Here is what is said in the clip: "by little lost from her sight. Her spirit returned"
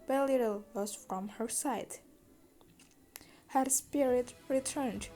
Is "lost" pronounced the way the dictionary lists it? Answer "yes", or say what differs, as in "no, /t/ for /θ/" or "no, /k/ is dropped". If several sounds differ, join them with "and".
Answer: no, /w/ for /l/